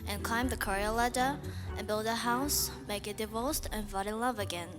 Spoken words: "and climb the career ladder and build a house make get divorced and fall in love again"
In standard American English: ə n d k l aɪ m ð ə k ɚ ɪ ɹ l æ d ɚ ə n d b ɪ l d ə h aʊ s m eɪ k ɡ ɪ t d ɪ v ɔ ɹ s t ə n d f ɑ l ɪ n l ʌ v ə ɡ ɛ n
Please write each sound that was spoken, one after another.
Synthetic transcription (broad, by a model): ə n k l aɪ m ð ə k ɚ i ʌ l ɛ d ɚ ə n b ɪ l d ə h aʊ s m eɪ k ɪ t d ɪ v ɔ l s t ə n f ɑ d ɪ n l ʌ v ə ɡ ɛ n